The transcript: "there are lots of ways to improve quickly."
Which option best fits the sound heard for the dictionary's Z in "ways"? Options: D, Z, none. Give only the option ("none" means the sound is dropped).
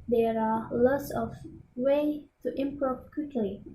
none